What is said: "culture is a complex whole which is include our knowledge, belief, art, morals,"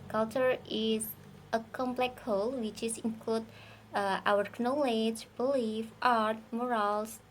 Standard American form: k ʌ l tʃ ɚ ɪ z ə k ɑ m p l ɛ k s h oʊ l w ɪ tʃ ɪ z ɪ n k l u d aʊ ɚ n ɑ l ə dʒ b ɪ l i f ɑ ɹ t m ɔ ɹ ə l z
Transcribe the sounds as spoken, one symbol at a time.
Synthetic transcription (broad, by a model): k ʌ l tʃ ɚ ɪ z ə k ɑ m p l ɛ k h oʊ l w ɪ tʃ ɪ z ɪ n k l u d aʊ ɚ n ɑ l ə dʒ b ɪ l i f ɑ ɹ t m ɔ ɹ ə l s